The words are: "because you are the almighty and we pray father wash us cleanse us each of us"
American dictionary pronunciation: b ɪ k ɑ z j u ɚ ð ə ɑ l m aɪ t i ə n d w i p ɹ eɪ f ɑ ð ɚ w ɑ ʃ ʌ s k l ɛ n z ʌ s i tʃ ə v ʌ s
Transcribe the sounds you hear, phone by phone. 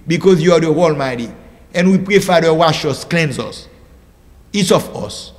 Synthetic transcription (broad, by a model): b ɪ k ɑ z j u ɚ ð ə ɑ l m aɪ t i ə n w i p ɹ eɪ f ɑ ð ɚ w ɑ ʃ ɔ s k l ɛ n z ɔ s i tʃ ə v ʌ s